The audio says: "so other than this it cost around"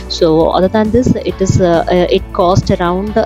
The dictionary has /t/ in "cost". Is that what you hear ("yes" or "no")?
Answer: yes